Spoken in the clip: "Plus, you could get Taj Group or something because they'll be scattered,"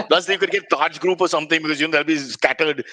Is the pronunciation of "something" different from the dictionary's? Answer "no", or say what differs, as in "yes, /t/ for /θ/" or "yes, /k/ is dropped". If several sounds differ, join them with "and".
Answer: yes, /t/ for /θ/